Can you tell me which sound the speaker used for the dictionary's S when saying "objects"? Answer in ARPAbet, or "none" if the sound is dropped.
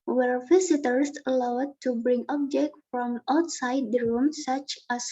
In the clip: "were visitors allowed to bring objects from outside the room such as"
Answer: none